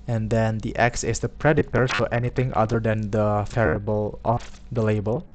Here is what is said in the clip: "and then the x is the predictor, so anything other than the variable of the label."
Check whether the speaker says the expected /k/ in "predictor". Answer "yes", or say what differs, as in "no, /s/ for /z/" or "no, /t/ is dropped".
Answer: no, /k/ is dropped